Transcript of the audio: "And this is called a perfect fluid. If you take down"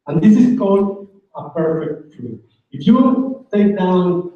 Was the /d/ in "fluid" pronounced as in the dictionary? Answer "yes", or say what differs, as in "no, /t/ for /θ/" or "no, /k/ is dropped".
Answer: no, /d/ is dropped